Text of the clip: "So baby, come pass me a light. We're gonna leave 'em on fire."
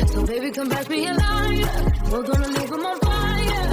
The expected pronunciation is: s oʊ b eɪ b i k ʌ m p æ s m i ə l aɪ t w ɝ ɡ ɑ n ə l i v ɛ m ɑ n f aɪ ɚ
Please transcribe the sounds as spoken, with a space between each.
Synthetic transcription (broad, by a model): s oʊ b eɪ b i k ʌ m b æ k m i ə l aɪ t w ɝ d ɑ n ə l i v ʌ m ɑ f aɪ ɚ